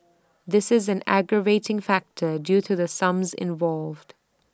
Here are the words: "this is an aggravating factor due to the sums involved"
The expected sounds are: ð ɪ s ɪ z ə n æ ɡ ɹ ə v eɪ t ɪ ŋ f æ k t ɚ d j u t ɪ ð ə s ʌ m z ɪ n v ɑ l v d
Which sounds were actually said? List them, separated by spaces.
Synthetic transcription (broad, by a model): ð ɪ s ɪ z ə n æ ɡ ɹ ə v eɪ t ɪ ŋ f æ k t ɚ d j u t ɪ ð ə s ʌ m z ɪ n v ɑ l v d